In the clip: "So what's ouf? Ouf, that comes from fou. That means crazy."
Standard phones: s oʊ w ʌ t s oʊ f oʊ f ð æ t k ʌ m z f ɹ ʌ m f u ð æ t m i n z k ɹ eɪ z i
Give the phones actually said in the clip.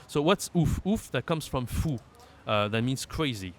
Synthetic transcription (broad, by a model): s oʊ w ʌ t s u f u f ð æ t k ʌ m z f ɹ ʌ m f u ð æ t m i n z k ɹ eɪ z i